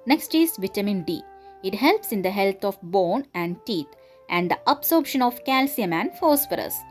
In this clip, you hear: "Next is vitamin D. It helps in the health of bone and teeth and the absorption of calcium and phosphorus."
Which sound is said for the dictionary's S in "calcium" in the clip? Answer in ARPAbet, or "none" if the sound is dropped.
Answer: S